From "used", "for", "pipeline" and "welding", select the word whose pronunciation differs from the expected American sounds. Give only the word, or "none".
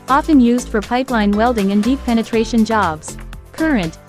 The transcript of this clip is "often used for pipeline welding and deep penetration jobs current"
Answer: none